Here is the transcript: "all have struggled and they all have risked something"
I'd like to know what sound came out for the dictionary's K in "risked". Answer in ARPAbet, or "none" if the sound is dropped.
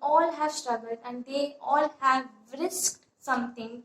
K